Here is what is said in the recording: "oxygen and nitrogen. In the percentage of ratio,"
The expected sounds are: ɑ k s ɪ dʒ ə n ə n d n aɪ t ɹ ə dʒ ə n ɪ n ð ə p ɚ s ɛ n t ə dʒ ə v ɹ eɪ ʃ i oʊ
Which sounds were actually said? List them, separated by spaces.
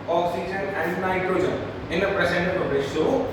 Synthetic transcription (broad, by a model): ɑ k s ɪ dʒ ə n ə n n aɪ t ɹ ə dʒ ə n ɪ n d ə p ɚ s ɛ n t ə ə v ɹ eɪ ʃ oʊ